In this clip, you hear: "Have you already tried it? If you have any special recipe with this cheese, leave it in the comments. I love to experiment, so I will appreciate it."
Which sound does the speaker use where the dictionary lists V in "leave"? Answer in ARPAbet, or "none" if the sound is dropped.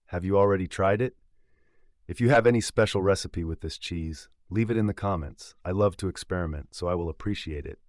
V